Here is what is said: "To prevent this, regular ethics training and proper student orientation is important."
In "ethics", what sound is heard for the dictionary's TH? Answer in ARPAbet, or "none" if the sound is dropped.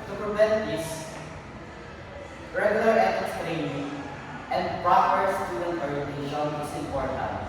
F